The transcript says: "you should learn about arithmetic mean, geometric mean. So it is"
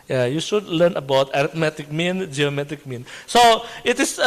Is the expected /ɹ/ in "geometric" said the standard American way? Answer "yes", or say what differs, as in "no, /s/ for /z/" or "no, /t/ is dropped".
no, /ɹ/ is dropped